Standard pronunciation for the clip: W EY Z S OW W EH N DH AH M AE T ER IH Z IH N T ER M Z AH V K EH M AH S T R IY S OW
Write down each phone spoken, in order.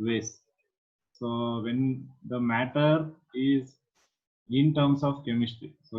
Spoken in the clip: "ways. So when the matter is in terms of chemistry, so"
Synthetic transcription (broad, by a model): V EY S S OW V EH N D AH M AE T ER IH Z IH N T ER M S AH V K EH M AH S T IY S OW